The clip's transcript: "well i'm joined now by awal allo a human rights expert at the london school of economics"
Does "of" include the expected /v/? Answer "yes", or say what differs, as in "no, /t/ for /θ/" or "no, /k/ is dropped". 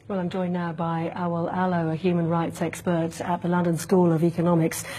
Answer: yes